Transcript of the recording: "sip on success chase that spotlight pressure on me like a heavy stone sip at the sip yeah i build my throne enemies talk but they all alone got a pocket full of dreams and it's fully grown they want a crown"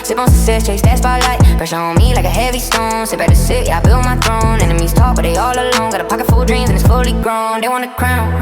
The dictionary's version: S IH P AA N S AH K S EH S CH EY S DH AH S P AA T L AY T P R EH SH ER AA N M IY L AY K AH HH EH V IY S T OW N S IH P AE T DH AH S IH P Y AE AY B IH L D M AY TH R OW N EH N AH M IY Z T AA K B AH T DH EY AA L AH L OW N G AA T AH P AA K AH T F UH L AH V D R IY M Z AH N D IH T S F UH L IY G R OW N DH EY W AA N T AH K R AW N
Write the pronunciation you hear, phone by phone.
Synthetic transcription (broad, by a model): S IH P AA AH S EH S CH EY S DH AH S B AA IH L AY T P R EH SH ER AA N M IY L AY K AH HH EH V IY S T OW N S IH B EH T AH S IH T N AY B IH L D M AY TH R OW N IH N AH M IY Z T AA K B AH T DH EY AA L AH L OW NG G AA T AH P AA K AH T F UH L D R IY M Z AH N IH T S F UH L IY G R OW N DH EY W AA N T AH K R AW N